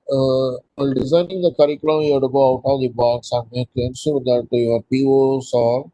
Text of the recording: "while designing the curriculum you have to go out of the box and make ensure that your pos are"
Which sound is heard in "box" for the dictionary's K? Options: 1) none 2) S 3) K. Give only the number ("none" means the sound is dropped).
1